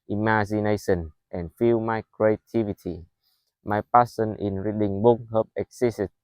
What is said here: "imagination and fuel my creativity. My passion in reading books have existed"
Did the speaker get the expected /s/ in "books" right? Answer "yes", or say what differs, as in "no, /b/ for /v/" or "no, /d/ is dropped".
no, /s/ is dropped